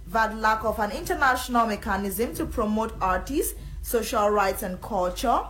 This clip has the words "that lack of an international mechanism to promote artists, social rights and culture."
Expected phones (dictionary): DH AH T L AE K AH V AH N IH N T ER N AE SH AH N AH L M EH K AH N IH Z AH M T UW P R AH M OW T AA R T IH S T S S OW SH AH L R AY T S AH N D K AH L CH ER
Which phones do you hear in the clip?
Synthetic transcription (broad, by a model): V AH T L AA K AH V AH N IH N T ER N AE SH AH N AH L M EH K AH N IH Z AH M T UW P R AH M OW T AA R T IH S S S OW SH AH L R AY T S AH N D K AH L CH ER